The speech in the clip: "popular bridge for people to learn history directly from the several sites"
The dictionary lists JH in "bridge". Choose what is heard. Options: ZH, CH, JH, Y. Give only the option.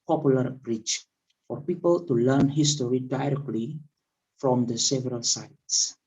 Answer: CH